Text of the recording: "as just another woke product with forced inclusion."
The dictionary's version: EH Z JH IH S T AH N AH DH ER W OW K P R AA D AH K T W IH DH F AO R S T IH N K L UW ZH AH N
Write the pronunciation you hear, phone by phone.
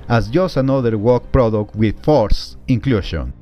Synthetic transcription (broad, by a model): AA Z JH IH S T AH N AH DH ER W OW K P R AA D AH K T W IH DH F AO R S IH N K L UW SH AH N